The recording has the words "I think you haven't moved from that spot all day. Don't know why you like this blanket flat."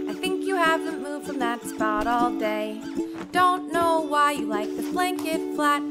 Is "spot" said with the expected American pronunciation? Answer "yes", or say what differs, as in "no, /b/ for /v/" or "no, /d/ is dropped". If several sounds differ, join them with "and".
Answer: yes